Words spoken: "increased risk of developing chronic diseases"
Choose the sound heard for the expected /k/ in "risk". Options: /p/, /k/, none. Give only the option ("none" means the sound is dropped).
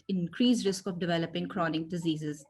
/k/